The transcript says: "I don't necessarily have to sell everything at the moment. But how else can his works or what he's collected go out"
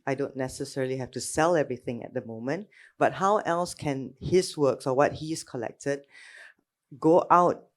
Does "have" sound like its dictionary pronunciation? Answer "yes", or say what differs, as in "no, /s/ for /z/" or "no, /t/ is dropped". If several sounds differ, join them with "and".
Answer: no, /f/ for /v/